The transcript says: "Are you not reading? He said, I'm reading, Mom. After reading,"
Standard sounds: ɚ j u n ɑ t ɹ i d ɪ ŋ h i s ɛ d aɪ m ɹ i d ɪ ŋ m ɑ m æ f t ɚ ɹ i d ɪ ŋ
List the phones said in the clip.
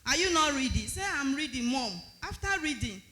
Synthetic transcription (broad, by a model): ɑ j u n ɑ t ɹ i d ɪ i s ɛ aɪ m ɹ i d ɪ ŋ m ɑ m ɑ f t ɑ ɹ i d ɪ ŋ